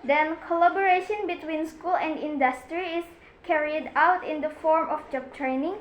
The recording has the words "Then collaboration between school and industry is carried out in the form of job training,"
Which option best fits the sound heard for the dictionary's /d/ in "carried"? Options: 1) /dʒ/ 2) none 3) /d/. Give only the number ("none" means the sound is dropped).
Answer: 3